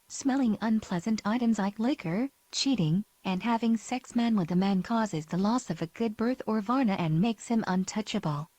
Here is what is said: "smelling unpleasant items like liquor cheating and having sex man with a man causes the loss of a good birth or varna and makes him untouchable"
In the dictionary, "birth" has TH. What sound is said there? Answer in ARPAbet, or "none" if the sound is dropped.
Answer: TH